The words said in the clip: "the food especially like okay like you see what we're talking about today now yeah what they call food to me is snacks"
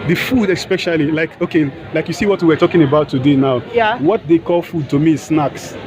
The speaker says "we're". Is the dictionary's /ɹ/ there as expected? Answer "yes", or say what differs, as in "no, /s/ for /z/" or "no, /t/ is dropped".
no, /w/ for /ɹ/